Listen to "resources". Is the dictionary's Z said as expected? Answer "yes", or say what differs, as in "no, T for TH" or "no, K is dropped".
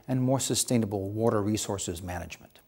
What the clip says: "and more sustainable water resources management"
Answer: yes